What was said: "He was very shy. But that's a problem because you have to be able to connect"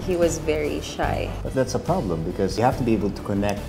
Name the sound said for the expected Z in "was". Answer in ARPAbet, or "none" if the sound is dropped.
Z